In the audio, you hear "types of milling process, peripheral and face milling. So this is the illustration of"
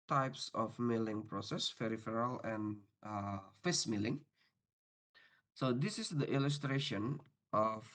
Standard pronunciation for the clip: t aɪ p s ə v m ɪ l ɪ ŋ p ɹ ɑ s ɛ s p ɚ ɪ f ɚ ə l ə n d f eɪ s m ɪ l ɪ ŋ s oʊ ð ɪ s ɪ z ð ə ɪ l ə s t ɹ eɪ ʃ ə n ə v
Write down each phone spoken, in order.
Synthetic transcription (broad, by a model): t aɪ p s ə f m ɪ l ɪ ŋ p ɹ ɑ s ɛ s f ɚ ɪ f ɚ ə l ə n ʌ f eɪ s m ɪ l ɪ ŋ s oʊ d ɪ s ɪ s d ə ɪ l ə s t ɹ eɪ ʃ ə n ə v